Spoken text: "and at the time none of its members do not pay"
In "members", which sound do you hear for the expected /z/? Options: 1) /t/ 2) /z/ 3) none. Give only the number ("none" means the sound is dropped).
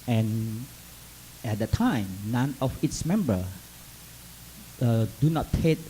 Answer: 3